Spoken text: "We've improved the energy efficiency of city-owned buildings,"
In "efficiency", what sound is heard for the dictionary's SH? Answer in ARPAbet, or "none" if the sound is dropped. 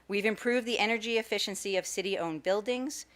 SH